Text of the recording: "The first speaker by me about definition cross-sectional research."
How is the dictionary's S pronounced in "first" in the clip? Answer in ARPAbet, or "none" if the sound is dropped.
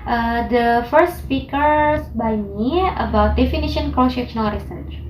S